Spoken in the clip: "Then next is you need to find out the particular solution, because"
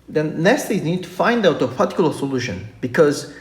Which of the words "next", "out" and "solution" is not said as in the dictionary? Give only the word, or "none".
next